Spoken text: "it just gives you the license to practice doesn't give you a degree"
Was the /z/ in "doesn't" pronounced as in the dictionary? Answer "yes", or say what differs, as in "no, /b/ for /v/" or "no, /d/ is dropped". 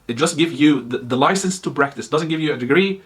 yes